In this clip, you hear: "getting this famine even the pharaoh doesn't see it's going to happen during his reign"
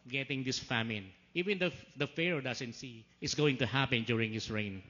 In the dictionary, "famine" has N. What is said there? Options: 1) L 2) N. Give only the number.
2